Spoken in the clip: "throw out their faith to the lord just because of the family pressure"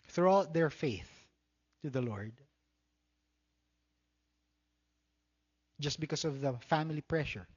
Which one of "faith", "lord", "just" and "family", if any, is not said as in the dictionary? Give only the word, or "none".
none